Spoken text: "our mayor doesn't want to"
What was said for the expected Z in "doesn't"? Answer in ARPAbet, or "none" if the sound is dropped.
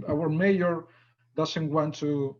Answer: S